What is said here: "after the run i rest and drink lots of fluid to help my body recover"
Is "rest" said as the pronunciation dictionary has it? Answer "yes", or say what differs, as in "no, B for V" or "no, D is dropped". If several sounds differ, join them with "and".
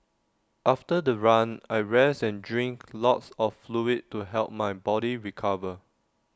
no, T is dropped